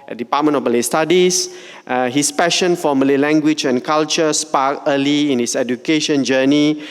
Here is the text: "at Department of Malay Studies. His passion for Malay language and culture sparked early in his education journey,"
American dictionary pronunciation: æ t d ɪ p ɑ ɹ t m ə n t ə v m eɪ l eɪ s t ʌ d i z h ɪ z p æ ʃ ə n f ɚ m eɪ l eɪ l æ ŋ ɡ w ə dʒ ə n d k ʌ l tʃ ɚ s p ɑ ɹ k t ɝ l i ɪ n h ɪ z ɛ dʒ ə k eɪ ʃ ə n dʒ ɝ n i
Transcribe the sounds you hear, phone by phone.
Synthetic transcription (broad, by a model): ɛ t d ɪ p ɑ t m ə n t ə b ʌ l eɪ s t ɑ d i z h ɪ s p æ ʃ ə n f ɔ m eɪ l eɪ l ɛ ŋ ɡ w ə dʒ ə n k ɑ l tʃ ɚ s p ɑ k ɝ l i ɪ n h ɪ s ɛ dʒ ə k eɪ ʃ ə n dʒ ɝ n i